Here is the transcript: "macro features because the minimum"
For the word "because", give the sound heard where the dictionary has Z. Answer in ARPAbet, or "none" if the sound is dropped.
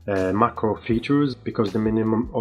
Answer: Z